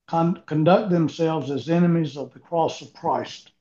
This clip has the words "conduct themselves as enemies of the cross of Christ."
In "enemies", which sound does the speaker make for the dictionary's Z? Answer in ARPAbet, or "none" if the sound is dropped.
Z